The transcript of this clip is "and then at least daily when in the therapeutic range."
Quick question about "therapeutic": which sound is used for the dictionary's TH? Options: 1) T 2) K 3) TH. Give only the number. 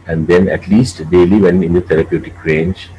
1